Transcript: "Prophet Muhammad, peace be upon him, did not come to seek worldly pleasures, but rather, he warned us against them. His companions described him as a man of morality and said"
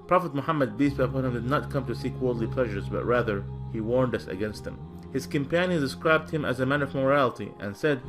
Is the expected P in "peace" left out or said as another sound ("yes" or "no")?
yes